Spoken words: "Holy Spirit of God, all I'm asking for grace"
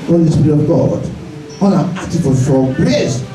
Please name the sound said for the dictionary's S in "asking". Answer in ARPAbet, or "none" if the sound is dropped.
none